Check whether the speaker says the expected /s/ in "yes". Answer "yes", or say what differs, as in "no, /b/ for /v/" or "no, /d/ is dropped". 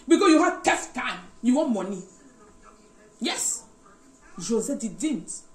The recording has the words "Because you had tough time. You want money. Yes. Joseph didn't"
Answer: yes